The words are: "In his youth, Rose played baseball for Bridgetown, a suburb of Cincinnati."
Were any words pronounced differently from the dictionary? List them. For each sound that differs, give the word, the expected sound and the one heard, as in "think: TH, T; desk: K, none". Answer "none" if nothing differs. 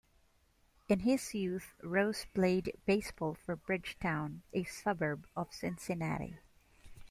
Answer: none